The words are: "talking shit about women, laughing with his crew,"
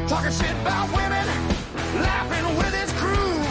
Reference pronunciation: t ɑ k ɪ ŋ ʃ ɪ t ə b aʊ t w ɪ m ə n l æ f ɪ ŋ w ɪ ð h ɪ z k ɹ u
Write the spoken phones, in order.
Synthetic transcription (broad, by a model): t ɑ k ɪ ʃ ɪ t ə b aʊ t w ɪ m ə n l æ f ɪ ŋ w ɪ ð ɪ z k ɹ u